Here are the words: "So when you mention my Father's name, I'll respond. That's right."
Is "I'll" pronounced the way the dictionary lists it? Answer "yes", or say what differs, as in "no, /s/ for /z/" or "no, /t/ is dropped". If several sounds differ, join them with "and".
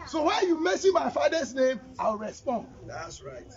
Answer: no, /w/ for /l/